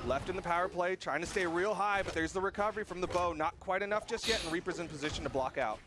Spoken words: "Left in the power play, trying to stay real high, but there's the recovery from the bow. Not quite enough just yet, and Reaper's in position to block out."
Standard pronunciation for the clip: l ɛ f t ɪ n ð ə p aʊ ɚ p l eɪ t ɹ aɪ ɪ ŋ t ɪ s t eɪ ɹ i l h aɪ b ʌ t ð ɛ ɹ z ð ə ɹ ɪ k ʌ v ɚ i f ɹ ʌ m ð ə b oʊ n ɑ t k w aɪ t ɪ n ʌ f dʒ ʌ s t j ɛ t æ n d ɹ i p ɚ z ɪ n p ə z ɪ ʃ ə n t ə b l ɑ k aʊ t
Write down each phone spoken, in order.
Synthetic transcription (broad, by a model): l ɛ f t ɪ n ð ə p aʊ ɚ p l eɪ t ɹ aɪ ɪ ŋ t ɪ s t eɪ ɹ i l h aɪ b ʌ t ð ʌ ɹ z ð ə ɹ ɪ k ʌ v ɚ i f ɹ ʌ m ð ə b oʊ n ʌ t k w aɪ t ɪ n ʌ f dʒ ʌ s t j ɛ t n ɹ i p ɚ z ɪ n p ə z ɪ ʃ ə n t ə b l ɑ k aʊ t